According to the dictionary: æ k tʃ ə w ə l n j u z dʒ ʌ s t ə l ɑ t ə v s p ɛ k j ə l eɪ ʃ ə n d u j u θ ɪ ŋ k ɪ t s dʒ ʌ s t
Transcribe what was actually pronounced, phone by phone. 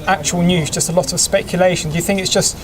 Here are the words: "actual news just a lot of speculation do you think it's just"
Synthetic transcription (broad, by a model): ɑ k tʃ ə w ə l n j u z dʒ ʌ s t ə l ɑ t ə v s p ɛ k j ə l eɪ ʃ ə n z j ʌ θ ɪ ŋ k ɪ t s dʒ ʌ s t